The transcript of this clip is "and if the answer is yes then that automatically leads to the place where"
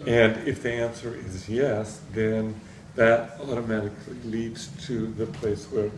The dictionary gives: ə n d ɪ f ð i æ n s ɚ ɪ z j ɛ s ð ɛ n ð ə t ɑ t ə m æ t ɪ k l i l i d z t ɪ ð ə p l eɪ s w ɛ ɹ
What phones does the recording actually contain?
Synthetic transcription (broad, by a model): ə n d ɪ f ð i æ n s ɚ ɪ z j ɛ s ð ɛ n ð ə t ɑ t ə m æ t ɪ k l i l i d z t ɪ ð ə p l eɪ s w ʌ ɹ